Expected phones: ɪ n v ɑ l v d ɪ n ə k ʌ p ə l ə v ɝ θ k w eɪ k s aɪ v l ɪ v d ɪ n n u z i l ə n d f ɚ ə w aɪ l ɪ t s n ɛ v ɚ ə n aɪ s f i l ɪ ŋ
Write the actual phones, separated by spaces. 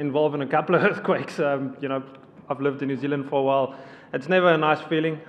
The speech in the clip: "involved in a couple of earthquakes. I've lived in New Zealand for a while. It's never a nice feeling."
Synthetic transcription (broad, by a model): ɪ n v ɑ l v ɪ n ə k ʌ p ə l ə v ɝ θ k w eɪ k s aɪ v l ɪ v d ɪ n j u z i l ə n d f ɚ ə w aɪ l ɪ t s n ɛ v ɚ ə n aɪ s f i l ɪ ŋ